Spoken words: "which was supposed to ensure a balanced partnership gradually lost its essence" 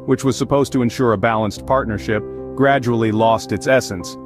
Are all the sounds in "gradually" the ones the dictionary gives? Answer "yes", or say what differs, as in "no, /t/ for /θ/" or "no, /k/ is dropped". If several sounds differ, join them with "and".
yes